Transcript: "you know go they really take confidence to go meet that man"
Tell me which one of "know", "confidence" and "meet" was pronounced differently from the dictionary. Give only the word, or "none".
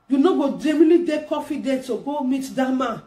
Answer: confidence